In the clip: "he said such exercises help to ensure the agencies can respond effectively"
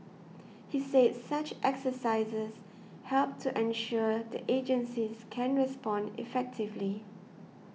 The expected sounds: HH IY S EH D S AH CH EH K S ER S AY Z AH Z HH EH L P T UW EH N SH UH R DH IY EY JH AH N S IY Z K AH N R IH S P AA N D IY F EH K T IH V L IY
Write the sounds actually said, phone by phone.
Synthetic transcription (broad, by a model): HH IY S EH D S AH CH EH K S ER S AY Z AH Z HH EH L P T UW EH N SH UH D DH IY EY JH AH N S IY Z K AH N R IH S P AA N D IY F EH K T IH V L IY